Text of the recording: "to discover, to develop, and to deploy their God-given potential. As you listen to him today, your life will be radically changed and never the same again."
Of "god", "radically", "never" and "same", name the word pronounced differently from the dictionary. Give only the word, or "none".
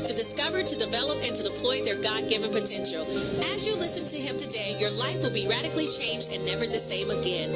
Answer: none